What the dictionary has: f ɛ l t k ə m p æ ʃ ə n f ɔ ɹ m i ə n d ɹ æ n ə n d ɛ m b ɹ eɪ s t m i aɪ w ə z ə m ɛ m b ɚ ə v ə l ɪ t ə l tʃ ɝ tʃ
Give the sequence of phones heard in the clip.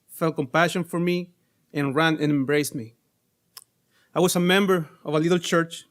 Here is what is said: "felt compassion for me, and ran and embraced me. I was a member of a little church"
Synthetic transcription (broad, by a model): f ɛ l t k ə m p æ ʃ ə n f ɔ ɹ m i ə n ɹ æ n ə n ɛ m b ɹ eɪ s t m i aɪ w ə s ə m ɛ m b ɚ ə v ə l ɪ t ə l tʃ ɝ tʃ